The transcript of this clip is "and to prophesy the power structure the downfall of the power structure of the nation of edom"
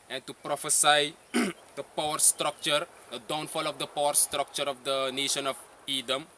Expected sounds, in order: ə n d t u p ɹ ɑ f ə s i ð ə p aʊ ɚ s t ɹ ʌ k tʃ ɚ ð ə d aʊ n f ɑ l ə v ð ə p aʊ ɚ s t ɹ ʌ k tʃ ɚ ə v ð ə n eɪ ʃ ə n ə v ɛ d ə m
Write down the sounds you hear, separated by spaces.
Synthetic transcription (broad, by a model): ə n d t u p ɹ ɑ f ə s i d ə p aʊ ɚ s t ɹ ʌ k tʃ ɚ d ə d aʊ n f ɑ l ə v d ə p aʊ ɚ s t ɹ ʌ k tʃ ɚ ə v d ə n eɪ ʃ ə n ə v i d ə m